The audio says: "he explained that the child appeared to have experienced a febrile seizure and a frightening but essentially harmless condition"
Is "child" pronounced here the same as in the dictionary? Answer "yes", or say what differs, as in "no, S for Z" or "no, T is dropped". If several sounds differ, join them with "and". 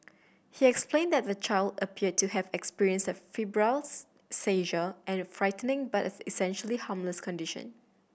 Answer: yes